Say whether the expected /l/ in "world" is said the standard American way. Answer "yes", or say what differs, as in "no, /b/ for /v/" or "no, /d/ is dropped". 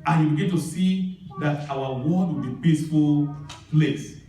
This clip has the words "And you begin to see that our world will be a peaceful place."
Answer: no, /l/ is dropped